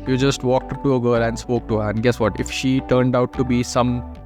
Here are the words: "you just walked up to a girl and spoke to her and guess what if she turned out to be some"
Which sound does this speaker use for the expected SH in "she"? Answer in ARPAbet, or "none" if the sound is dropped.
SH